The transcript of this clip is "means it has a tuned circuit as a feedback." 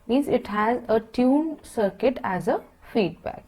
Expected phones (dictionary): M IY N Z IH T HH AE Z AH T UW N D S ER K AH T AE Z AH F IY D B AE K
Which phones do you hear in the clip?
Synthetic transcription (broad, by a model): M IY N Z IH T HH AE Z AH T UW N S ER K AH T AE Z AH F IY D B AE K